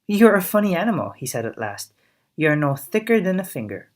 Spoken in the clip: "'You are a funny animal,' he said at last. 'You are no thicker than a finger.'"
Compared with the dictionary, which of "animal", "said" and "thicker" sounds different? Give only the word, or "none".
none